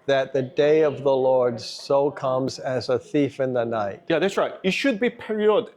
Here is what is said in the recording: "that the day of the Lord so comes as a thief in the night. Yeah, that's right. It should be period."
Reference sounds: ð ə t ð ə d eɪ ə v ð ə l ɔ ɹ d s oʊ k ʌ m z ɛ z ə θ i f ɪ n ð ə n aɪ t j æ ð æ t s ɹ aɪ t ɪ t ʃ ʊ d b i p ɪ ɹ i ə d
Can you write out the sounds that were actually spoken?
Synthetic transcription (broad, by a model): ð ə t ð ə d eɪ ə v ð ə l ɔ ɹ d s oʊ k ʌ m z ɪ z ə θ i f ɪ n ð ə n aɪ t j æ ð æ t s ɹ aɪ t ɪ t ʃ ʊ d b i p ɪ ɹ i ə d